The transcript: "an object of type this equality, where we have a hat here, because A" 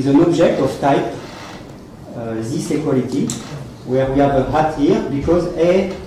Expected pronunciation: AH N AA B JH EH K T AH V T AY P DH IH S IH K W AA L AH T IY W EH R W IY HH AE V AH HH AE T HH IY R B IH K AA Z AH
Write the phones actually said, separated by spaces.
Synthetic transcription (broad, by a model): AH N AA B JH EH K T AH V T AY P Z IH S IH K W AA L AH T IY W EH R W IY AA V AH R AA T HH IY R B IH K AA Z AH